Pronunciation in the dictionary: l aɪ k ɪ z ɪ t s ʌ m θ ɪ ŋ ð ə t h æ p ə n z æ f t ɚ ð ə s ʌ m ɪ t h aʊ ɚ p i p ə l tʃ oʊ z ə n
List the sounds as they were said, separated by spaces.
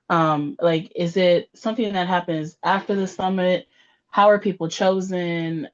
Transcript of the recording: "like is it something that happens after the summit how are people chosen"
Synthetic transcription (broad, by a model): l aɪ k ɪ z ɪ t s ʌ m θ ɪ ŋ ð ə t h æ p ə n z æ f t ɚ ð ə s ʌ m ɪ t h aʊ ɚ p i p l tʃ oʊ z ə n